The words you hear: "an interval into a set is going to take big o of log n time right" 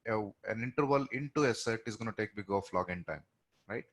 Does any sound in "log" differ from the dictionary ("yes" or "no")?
no